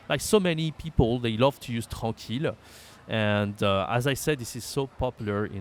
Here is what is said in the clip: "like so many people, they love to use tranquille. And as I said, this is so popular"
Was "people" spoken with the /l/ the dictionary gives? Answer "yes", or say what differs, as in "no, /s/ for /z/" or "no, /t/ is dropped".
yes